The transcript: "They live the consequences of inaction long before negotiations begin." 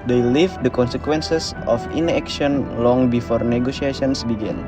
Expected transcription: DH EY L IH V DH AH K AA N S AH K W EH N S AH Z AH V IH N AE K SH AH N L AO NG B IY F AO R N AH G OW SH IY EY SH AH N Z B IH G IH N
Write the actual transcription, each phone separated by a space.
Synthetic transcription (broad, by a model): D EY L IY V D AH K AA N S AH K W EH N S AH S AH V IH N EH K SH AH N L AO NG B IY F AO R N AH G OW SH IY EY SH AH N S B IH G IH N